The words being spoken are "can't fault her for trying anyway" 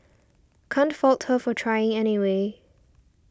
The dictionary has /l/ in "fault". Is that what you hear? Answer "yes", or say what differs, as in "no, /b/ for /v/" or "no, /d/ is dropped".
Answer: yes